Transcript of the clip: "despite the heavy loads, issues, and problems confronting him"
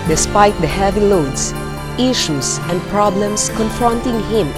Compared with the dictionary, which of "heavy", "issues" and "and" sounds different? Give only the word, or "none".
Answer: issues